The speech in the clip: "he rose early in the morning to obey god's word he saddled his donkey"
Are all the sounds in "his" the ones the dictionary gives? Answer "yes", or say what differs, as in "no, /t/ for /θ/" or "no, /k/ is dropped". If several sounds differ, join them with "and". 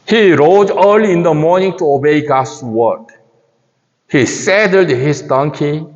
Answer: no, /s/ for /z/